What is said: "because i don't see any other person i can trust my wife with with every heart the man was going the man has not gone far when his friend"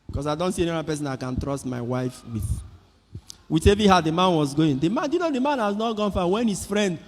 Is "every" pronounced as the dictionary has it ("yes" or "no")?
no